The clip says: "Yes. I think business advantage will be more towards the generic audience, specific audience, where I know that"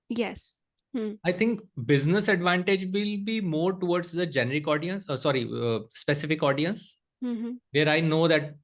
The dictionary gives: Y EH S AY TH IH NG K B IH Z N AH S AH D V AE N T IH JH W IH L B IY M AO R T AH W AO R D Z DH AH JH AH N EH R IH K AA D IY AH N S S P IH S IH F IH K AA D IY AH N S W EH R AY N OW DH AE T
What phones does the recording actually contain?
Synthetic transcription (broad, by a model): Y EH S AY T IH NG K B IH Z N AH S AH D V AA N T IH JH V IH L B IY M AO R T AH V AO R D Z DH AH JH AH N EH R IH K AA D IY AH N S S P IH S IH F IH K AA D IY AH N S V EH R AY N OW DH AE T